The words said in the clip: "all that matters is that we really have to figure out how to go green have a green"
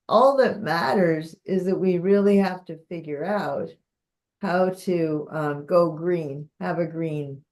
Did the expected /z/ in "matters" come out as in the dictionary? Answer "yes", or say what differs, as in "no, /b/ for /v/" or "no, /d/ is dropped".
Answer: yes